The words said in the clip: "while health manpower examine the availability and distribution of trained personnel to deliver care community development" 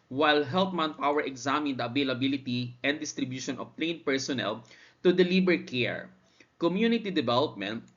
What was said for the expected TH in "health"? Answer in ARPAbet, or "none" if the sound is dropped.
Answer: T